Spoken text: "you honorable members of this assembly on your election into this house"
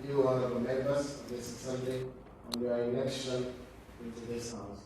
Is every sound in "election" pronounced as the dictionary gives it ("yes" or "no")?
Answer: no